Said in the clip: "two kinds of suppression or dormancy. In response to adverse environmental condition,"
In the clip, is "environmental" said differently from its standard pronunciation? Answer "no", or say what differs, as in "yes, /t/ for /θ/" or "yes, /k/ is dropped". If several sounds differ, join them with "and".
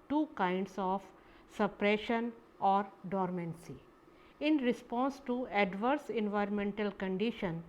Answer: no